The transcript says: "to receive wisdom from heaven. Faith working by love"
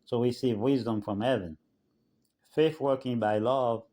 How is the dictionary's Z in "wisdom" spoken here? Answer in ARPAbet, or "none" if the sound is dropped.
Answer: Z